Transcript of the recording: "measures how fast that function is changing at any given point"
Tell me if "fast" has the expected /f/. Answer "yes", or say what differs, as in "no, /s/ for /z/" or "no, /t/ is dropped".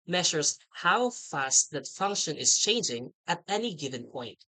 yes